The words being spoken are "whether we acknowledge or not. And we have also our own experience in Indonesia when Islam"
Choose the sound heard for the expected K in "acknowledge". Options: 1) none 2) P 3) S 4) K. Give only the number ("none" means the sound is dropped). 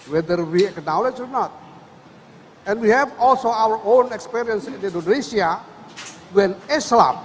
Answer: 4